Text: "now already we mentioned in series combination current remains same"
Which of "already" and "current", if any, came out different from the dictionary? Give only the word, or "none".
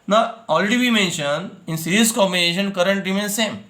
already